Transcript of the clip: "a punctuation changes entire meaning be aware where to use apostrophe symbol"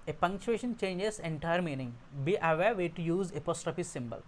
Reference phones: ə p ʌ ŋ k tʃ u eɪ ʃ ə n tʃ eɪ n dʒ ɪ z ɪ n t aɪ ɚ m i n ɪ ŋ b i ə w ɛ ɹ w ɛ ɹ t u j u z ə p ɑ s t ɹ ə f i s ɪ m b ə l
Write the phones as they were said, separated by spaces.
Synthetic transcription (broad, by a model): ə p ʌ ŋ k tʃ u eɪ ʃ ə n tʃ eɪ n dʒ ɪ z ɪ n t aɪ ɚ m i n ɪ ŋ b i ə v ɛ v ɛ t u j u z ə p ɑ s t ɹ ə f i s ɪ m b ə l